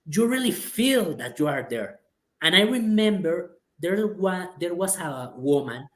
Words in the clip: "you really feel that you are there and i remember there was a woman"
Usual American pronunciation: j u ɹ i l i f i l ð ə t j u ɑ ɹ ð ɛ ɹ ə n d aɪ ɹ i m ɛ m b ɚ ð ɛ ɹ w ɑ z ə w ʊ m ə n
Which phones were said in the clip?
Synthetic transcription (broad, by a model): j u ɹ i l i f i l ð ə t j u ɑ ɹ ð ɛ ɹ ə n aɪ ɹ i m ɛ m b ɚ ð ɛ ɹ w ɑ s ə w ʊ m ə n